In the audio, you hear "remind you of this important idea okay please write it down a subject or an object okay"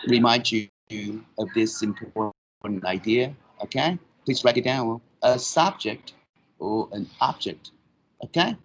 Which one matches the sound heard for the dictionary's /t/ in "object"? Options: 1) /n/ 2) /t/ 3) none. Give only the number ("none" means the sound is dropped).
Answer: 2